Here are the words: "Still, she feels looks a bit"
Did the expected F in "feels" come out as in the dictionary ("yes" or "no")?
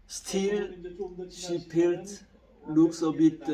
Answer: no